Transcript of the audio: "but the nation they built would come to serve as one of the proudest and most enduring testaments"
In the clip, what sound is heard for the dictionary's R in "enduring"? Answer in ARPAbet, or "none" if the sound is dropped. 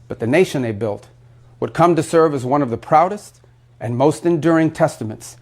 R